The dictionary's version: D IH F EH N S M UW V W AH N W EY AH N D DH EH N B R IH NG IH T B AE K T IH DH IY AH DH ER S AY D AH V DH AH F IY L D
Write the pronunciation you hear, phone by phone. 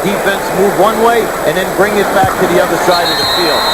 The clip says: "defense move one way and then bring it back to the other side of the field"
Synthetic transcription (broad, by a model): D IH F EH N S M UW V W AH N W EY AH N DH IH N B R IH NG IH T B AE K T IH DH IY AH DH ER S AY D AH V DH AH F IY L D